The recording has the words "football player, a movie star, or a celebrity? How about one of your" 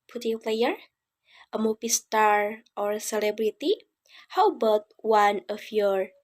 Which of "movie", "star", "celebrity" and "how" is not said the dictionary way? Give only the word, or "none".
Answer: movie